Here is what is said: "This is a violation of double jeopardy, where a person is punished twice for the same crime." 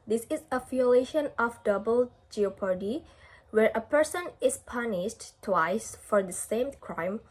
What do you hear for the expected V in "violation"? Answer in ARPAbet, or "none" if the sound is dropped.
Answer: F